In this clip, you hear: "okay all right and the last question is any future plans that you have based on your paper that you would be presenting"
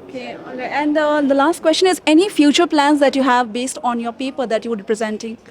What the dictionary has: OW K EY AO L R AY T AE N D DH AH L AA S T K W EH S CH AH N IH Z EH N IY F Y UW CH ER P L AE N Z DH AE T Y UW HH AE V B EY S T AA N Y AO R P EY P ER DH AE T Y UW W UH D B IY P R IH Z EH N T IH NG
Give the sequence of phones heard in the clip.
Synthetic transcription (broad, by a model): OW K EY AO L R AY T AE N D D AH L AA S T K W EH S CH AH N IH Z EH N IY F Y UW CH ER P L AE N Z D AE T Y UW HH AE V B EY S T AA N Y AO R P EY P ER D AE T Y UW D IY P R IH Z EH N T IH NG